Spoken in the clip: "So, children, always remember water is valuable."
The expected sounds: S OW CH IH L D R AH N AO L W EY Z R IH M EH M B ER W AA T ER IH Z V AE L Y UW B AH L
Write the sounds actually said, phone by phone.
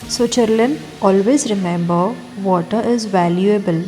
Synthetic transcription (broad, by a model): S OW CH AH D L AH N AO L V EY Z R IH M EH M B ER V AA T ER IH Z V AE L Y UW B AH L